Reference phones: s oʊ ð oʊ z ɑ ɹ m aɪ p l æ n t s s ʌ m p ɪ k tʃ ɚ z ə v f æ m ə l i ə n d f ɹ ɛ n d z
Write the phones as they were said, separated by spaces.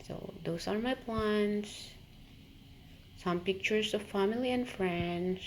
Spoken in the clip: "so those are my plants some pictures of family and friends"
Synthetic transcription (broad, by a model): s oʊ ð oʊ s ɑ ɹ m aɪ p l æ n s s ʌ m p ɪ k tʃ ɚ s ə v f æ m ə l i ə n d f ɹ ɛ n d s